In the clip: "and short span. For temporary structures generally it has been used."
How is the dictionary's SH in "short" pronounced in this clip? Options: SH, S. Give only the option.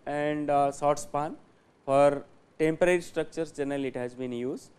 S